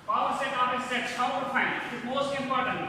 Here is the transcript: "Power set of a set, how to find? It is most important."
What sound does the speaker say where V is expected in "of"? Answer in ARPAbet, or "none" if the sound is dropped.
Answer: P